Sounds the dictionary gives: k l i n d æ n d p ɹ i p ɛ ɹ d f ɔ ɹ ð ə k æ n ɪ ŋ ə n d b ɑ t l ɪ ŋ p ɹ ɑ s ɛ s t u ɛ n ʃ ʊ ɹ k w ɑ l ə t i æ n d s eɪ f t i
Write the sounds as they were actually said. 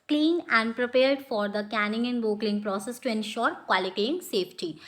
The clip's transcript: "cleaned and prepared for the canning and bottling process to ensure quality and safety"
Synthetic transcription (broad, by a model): k l i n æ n d p ɹ i p ɛ ɹ d f ɔ ɹ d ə k æ n ɪ ŋ ə n d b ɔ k l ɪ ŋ p ɹ ɑ s ɛ s t u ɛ n ʃ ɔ ɹ k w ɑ l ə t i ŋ s eɪ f t i